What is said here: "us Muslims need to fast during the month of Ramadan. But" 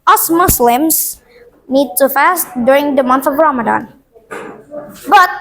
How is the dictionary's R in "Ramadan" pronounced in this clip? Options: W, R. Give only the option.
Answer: R